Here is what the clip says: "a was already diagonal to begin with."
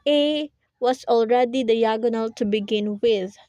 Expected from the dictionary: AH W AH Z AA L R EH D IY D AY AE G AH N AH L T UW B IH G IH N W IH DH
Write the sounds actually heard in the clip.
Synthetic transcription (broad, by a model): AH W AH S AA L R EH D IY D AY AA G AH N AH L T UW B IH G IH N W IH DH